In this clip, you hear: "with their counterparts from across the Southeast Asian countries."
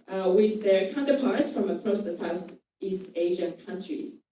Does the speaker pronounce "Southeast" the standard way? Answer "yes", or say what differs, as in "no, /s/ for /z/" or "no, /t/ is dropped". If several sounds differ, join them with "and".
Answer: yes